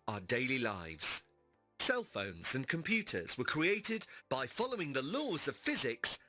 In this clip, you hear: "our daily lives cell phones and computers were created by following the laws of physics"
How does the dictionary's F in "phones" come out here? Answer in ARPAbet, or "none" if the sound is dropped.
F